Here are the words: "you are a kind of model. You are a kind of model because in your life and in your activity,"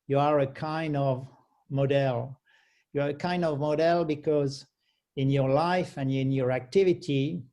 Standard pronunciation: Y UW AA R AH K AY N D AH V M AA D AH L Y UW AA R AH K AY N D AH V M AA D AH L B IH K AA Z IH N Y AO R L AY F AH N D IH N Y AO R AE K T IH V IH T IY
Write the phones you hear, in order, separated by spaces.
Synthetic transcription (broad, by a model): Y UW AA R AH K AY N D AH V M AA D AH L Y UW AA R AH K AY N D AH V M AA D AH L B IH K AA Z IH N Y AO R L AY F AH N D IH N Y AO R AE K T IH V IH T IY